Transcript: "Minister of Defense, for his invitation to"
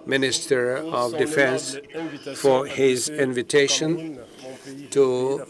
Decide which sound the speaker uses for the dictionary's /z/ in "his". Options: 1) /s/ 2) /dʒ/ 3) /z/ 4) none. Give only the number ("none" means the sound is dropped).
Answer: 3